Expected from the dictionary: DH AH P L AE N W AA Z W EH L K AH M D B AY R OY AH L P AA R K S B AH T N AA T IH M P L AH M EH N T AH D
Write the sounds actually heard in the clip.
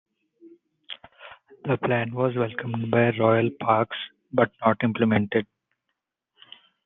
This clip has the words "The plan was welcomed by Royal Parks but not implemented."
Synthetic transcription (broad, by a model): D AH P L AE N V AA Z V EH L K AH M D B AY R OY AH L P AA R K S B AH T N AA T IH M P L AH M EH N T AH D